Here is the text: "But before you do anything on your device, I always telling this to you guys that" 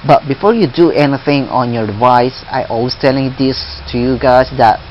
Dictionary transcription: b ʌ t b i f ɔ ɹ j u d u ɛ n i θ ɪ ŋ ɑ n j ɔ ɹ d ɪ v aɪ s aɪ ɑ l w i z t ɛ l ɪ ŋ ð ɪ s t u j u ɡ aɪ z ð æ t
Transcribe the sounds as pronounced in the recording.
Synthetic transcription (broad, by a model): b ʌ t b i f ɔ ɹ j u d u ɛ n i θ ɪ ŋ ɑ n j ɔ ɹ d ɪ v aɪ s aɪ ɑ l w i s t ɛ l ɪ ŋ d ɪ s t u j u ɡ aɪ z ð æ t